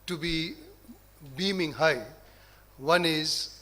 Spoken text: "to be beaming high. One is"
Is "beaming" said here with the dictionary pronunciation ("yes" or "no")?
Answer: yes